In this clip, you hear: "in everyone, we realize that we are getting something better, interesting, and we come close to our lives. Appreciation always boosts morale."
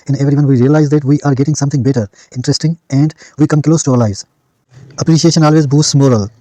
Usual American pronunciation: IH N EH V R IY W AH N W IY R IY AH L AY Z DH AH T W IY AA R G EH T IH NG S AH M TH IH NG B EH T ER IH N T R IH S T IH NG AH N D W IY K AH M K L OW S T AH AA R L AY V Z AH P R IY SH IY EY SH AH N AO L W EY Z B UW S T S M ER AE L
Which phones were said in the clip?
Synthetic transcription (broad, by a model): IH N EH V R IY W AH N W IY R IY AH L AY Z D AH T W IY AA R G EH T IH NG S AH M T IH NG B EH T ER IH N T R IH S T IH NG AH N D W IY K AH M K L OW S T AH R L AY Z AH P R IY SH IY EY SH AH N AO L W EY Z B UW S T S M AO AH L